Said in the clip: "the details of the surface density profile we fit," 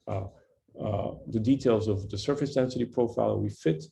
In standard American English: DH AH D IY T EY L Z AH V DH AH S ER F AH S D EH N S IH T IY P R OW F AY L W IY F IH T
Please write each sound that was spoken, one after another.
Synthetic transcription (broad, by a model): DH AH D IY T EY L Z AH V DH AH S ER F AH S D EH N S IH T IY P R OW F AY L W IY F IH T